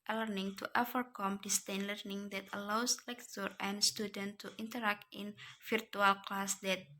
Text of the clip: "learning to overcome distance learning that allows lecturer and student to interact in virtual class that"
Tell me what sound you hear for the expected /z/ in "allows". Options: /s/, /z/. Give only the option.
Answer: /s/